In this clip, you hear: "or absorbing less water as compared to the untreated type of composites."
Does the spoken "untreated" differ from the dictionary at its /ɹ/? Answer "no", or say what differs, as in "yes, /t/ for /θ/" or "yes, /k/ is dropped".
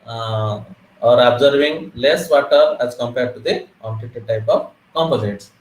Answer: yes, /ɹ/ is dropped